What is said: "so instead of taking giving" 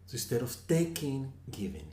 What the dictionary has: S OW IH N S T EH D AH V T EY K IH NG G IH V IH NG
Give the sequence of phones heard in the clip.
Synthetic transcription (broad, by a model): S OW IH S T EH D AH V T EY K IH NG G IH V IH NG